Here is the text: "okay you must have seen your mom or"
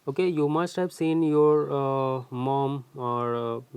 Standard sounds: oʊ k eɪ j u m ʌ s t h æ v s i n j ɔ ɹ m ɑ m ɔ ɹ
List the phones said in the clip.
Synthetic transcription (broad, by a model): oʊ k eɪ j u m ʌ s t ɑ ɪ b s i n j ɔ ɹ m ɑ m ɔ ɹ